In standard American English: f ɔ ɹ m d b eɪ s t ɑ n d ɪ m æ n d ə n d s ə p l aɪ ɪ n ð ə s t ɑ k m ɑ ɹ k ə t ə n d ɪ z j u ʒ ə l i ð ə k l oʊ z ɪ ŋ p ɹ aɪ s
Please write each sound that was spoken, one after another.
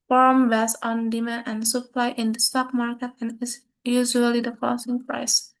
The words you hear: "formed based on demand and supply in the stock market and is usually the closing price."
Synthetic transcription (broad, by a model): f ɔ ɹ m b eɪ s ɑ n d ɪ m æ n ə n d s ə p l aɪ ɪ n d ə s t ɑ k m ɑ ɹ k ə t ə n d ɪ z j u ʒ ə l i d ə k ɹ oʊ s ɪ ŋ p ɹ aɪ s